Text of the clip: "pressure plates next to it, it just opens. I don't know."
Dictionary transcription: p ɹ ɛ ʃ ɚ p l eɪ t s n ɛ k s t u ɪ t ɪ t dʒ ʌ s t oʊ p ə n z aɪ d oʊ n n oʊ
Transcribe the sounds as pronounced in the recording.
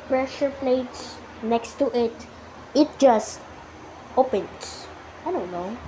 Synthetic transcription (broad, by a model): p ɹ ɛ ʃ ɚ p l eɪ t s n ɛ k s t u ɪ t ɪ t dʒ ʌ s t oʊ p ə n s aɪ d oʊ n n oʊ